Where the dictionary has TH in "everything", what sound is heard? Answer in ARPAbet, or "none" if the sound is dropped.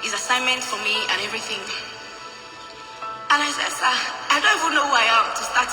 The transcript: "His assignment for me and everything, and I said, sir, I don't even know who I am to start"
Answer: TH